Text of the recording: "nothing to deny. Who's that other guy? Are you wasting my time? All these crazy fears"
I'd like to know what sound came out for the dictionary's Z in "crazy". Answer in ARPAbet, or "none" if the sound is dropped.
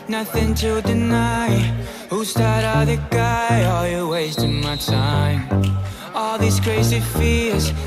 S